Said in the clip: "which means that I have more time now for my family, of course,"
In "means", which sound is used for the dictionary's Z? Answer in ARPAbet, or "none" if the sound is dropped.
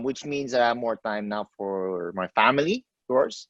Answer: Z